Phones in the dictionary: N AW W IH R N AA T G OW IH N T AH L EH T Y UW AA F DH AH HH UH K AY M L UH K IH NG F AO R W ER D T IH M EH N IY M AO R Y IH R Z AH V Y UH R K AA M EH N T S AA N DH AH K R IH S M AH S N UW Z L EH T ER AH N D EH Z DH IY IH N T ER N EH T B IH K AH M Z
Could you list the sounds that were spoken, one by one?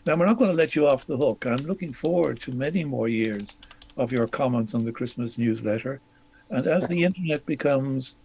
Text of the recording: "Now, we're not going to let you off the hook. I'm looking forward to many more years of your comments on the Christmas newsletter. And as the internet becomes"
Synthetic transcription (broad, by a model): N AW W IH R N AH T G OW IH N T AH L EH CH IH AA F DH AH HH UH K AY M L UH K IH NG F AO R W ER D T IH M EH N IY M AO R Y IH R Z AH V Y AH R K AA M EH N T S N DH AH K R IH S M AH S N UW Z L EH T ER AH N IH Z DH IY IH N T ER N EH T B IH K AH M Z